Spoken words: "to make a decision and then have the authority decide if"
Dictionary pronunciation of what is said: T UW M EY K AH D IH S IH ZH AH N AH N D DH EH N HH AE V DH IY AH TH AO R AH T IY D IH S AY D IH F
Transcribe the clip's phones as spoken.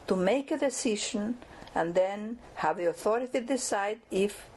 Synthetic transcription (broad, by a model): T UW M EY K AH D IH S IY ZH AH N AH N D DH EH N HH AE V DH IY AH TH AO R AH T IY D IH S AY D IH F